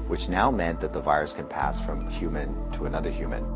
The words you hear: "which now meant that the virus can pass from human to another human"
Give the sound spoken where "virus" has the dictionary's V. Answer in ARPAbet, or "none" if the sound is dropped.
V